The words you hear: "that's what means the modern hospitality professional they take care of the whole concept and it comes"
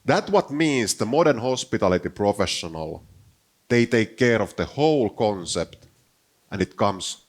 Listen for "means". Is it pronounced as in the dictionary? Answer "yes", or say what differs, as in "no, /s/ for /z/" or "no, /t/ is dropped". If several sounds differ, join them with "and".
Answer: no, /s/ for /z/